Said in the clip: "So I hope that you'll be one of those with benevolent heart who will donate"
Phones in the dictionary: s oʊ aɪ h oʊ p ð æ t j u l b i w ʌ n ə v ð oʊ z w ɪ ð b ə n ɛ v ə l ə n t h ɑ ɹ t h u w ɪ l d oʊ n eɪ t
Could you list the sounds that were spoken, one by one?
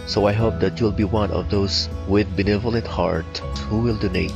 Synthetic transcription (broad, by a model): s oʊ aɪ h oʊ p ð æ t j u l b i w ʌ n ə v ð oʊ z w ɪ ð b ə n ɛ v ə l ə n t h ɑ ɹ t h u w ɪ l d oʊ n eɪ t